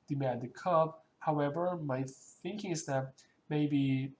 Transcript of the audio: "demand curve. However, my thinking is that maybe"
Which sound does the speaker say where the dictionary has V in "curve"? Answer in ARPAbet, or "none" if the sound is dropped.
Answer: B